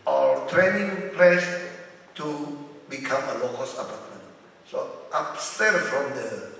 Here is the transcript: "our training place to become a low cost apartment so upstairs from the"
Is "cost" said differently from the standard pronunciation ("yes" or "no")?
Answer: yes